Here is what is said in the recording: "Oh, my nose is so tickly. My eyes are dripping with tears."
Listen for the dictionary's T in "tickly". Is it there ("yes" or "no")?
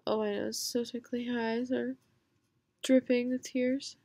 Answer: no